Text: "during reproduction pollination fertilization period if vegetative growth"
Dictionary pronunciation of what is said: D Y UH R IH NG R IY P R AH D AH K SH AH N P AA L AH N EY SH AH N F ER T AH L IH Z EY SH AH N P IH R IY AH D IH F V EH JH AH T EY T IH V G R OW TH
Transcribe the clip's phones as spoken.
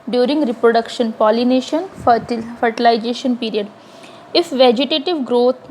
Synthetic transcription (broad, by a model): D Y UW R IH NG R IY P R AH D AH K SH AH N P AA L AH N EY SH AH N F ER T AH L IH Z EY SH AH N P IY R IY AH D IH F V EH JH AH T EY T IH V G R OW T